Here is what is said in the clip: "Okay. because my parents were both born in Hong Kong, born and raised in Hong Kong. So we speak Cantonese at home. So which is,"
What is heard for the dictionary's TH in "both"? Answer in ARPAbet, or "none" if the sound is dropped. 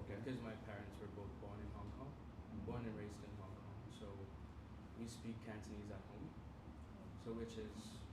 TH